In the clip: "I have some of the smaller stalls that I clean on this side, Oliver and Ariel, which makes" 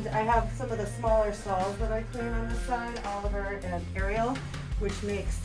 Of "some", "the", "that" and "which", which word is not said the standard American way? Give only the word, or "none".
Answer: none